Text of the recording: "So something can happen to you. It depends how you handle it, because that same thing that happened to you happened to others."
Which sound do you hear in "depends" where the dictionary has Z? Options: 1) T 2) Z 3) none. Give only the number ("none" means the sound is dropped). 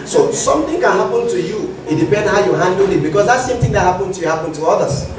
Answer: 3